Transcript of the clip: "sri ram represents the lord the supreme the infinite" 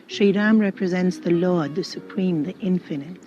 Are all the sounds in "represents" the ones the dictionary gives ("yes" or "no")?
yes